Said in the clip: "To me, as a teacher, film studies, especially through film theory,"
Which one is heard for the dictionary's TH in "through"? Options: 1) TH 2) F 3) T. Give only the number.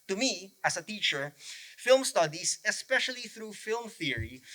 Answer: 1